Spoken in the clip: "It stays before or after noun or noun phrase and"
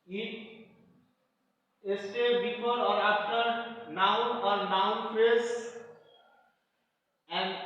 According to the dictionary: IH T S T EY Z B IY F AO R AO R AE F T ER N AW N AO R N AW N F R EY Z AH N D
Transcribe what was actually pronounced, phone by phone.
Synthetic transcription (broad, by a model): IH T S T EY B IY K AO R AO R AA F T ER N AW N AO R N AW N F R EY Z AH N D